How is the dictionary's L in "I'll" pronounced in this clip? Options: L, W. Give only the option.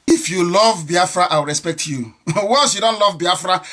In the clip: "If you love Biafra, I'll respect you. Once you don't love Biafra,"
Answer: W